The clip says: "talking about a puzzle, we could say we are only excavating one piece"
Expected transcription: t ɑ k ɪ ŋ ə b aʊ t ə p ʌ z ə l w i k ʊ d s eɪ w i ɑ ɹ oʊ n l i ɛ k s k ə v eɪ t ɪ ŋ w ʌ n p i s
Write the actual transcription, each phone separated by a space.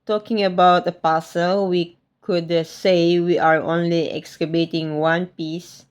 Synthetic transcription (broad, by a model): t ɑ k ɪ ŋ ə b aʊ t ə p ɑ s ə l w i k ʊ d s eɪ w i ɑ ɹ oʊ n l i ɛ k s k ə b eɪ t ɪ ŋ w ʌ n p i s